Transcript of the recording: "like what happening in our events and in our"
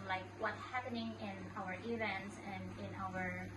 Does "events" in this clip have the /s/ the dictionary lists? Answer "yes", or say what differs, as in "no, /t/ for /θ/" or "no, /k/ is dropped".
yes